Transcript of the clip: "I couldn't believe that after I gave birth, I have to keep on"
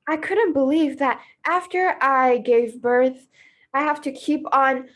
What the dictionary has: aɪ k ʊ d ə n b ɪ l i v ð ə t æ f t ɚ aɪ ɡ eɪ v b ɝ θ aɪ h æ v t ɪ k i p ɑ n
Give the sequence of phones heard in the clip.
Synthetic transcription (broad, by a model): aɪ k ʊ d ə n b ɪ l i v ð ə t æ f t ɚ aɪ ɡ eɪ v b ɝ θ aɪ h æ f t ɪ k i p n